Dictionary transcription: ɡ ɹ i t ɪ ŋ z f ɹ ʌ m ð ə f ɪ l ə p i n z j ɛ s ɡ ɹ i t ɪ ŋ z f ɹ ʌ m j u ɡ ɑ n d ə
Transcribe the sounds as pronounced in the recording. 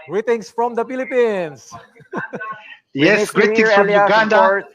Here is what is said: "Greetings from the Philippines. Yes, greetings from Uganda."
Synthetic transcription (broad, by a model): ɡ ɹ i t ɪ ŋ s f ɹ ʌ m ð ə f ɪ l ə p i n s j ɛ s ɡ ɹ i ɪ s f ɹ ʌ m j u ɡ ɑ n d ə